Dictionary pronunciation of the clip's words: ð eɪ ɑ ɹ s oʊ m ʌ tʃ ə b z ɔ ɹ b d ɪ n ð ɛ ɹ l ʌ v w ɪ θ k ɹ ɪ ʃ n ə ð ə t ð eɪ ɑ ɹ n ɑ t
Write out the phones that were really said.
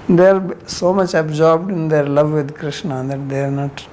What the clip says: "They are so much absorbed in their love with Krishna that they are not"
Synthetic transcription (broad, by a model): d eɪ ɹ s oʊ m ʌ tʃ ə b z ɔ ɹ b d ɪ n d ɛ ɹ l ʌ v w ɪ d k ɹ ɪ ʃ n ə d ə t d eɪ ɹ n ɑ t